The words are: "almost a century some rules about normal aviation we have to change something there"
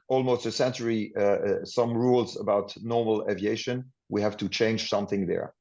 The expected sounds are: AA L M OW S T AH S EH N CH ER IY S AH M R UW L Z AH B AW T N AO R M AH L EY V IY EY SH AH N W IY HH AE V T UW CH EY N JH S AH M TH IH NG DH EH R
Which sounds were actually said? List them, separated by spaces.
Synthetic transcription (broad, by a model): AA L M OW S T AH S EH N CH ER IY S AH M R UW L Z AH B AW T N AO R M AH L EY V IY EY SH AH N W IY HH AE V T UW CH EY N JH S AH M TH IH NG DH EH R